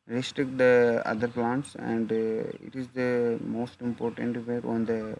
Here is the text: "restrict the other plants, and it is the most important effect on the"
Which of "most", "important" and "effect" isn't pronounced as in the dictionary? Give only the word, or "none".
effect